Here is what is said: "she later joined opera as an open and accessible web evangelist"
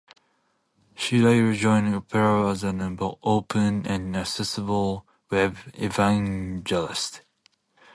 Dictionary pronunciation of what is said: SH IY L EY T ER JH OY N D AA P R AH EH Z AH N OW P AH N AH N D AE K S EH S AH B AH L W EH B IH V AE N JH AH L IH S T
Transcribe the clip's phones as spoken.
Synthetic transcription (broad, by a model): SH IY L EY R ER JH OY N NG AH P R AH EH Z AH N OW P AH N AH N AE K S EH S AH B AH L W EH IH V AE N JH AH L IH S T